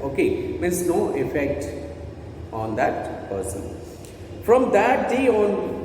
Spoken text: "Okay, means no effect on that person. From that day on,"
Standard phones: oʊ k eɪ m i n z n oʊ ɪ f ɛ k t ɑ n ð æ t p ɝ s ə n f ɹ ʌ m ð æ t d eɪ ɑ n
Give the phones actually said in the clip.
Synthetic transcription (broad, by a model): oʊ k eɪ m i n s n oʊ ɪ f ɛ k t ɑ n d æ t p ɝ s ə n f ɹ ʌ m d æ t d eɪ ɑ n